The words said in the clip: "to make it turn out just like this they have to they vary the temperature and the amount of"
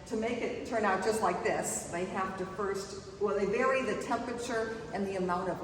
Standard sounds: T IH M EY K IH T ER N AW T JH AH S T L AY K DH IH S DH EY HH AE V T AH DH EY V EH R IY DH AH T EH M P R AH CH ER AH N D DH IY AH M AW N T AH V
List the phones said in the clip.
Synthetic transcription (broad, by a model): T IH M EY K IH T ER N AW T JH AH S T L AY K DH IH S DH EY HH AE F T AH DH EY V EH R IY DH AH T EH M P R AH CH ER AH N DH IY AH M AW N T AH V